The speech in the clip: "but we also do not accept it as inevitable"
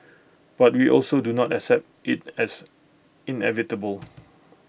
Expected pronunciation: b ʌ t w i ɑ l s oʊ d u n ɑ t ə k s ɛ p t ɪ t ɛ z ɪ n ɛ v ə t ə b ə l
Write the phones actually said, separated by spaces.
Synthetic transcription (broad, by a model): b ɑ t w i ɑ l s oʊ d u n ɑ t ə k s ɛ p t ɪ t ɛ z ɪ n ɛ v ə t ə b ə l